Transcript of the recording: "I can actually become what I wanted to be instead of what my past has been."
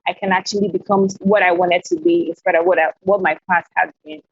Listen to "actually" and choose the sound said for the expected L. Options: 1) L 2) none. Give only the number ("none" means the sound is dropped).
1